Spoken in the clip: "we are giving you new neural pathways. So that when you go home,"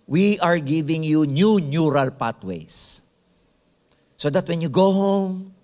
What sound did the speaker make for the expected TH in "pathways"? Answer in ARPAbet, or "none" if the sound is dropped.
T